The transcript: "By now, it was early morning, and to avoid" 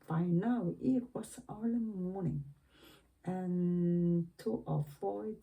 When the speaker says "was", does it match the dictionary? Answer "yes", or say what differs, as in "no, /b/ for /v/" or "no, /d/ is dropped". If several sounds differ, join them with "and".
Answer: no, /s/ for /z/